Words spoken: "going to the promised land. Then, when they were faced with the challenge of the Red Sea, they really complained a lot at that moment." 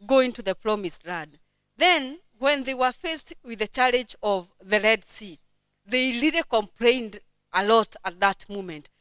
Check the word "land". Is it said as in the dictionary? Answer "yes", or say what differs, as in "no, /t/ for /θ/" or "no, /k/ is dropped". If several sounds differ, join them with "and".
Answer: no, /n/ is dropped